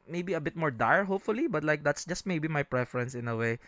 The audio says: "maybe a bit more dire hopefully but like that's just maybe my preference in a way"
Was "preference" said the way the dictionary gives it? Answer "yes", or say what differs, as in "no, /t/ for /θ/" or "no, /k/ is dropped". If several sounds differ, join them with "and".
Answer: yes